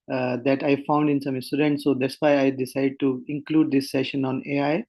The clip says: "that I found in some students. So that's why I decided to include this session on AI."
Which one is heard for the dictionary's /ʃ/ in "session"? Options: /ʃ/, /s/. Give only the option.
/ʃ/